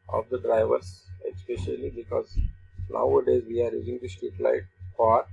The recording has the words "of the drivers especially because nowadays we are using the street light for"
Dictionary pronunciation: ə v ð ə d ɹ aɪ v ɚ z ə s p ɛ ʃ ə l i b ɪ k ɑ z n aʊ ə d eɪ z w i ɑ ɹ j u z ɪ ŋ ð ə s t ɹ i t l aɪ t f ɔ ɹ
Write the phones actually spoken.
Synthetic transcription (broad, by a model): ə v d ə d ɹ aɪ v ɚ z ə s p ɛ ʃ ə l i b ɪ k ɑ z n aʊ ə d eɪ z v i ɑ ɹ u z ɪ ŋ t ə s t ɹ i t l aɪ t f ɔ ɹ